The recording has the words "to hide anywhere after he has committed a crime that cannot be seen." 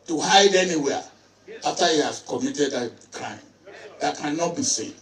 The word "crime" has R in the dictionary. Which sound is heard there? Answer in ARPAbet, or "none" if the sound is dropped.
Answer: R